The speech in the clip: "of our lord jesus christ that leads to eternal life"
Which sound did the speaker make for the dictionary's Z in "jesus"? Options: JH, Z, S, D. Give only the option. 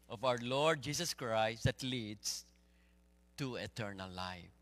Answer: S